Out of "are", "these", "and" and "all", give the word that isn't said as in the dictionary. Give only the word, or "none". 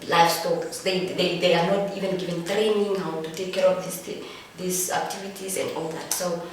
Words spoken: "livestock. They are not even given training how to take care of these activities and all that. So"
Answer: these